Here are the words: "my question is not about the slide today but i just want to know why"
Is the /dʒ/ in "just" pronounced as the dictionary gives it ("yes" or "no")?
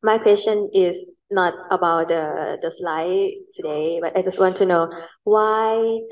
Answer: yes